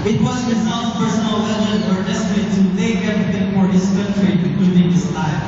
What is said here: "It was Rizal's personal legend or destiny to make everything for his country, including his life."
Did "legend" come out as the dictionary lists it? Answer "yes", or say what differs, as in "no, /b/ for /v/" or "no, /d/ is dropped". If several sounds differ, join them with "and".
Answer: no, /d/ is dropped